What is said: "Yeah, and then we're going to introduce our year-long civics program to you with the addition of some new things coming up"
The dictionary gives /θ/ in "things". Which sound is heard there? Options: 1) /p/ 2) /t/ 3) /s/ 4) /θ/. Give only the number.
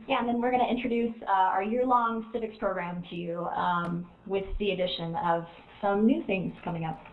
4